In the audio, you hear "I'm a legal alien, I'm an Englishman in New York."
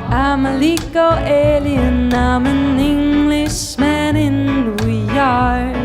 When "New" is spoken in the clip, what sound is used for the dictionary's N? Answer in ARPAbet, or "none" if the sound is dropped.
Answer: L